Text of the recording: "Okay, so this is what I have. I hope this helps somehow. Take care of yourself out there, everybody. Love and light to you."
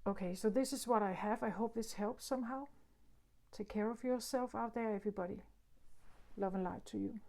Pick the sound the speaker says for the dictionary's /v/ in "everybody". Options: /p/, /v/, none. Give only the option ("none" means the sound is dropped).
/v/